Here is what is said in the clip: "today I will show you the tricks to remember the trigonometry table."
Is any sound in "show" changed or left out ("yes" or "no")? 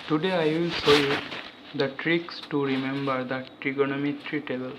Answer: yes